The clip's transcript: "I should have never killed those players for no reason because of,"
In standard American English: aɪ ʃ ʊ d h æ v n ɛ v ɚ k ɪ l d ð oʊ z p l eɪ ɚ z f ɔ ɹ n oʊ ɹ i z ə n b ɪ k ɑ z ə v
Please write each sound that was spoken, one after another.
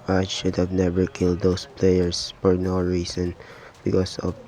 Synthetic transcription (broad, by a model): aɪ ʃ ʊ d h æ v n ɛ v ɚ k ɪ l d oʊ s p l eɪ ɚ s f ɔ ɹ n oʊ ɹ i s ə n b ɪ k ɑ s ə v